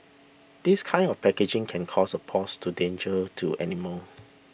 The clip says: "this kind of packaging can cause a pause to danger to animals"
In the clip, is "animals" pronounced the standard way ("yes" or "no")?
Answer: no